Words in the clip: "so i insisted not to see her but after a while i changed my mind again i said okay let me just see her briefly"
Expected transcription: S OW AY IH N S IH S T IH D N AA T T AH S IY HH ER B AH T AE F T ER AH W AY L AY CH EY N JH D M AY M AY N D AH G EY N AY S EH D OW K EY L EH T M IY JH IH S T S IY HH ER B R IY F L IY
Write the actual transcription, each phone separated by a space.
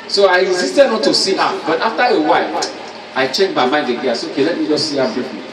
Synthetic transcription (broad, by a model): S OW AY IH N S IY S T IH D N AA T T AH S IY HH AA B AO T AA F T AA AH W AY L AY CH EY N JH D M AY M AY N D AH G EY AY S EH OW K EY L EH T M IY JH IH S S IY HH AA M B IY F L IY